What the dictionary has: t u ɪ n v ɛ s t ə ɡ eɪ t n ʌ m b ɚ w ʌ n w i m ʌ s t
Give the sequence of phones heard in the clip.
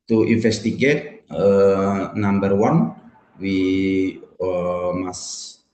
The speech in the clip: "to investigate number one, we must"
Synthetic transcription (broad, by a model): t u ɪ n f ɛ s t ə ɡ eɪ t n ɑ m b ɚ w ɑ n w i m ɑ s